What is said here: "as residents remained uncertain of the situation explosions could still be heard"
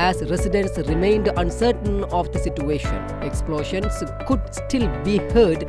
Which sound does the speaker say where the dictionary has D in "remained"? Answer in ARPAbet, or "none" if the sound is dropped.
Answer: D